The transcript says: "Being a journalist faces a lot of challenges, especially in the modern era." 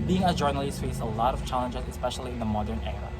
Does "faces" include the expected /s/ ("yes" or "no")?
no